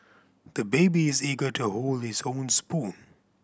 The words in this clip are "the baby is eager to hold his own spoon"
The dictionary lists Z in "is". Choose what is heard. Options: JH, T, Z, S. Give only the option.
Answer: Z